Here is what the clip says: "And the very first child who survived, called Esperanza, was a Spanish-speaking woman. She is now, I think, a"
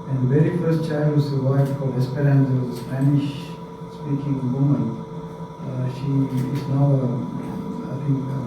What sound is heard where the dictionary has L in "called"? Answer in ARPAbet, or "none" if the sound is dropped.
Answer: none